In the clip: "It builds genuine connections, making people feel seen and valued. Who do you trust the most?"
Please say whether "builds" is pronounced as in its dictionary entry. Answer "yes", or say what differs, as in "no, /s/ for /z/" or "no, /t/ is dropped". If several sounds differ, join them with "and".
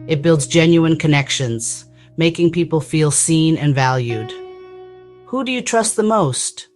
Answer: yes